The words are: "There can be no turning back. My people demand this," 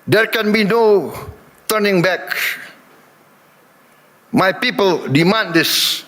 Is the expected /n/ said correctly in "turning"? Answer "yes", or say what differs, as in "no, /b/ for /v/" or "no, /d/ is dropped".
yes